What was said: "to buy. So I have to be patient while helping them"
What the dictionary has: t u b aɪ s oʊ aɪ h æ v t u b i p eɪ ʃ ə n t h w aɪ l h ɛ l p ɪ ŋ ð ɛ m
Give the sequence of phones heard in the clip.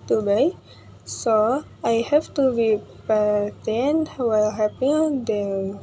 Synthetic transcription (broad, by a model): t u b aɪ s oʊ aɪ h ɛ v t u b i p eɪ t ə n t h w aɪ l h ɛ p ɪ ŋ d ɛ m